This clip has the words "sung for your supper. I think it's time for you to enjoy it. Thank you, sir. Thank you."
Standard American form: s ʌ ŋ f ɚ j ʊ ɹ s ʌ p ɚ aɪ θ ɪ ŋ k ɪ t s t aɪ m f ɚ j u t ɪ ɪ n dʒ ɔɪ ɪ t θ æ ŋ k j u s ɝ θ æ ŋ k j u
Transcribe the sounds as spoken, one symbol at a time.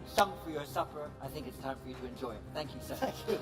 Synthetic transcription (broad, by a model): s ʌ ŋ f ɚ j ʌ ɹ s ʌ p ɚ aɪ θ ɪ ŋ k ɪ t s t aɪ m f ɚ j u t ɪ ɪ n dʒ ɔɪ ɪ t θ æ ŋ k j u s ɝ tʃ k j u